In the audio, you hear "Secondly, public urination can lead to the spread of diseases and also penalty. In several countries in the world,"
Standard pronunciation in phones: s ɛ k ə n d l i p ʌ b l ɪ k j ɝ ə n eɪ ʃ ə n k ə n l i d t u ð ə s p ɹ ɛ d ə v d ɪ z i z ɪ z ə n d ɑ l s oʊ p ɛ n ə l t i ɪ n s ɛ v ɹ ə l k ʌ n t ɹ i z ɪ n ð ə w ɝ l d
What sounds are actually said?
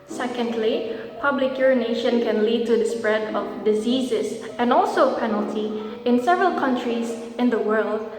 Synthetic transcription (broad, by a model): s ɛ k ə n d l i p ʌ b l ɪ k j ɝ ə n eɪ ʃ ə n k ə n l i d t u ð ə s p ɹ ɛ d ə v d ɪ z i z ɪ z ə n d ɑ l s oʊ p ɛ n ə l t i ɪ n s ɛ v ɹ ə l k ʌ n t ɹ i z ɪ n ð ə w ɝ l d